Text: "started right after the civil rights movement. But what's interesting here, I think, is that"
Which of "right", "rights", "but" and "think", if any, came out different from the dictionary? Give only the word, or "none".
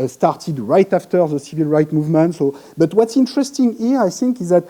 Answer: rights